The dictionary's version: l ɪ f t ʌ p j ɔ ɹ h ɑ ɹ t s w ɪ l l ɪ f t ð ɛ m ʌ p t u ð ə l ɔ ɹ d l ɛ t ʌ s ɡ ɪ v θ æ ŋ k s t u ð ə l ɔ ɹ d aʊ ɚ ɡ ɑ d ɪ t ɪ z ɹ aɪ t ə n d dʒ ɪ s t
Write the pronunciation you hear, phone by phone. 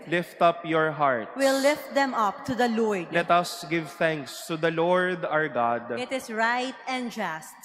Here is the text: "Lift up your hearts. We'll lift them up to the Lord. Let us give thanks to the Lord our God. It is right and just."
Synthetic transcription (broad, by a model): l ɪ f t ʌ p j ɔ ɹ h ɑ ɹ t w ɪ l l ɪ f t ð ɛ m ʌ p t u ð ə l ɔ ɹ d l ɛ t ʌ s ɡ ɪ v θ æ ŋ k s t u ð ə l ɔ ɹ d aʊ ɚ ɡ ɑ d ɪ t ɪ s ɹ aɪ t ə n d dʒ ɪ s t